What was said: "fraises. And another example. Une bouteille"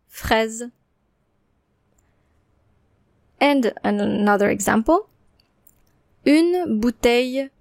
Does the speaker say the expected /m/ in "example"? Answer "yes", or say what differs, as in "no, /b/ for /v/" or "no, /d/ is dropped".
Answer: yes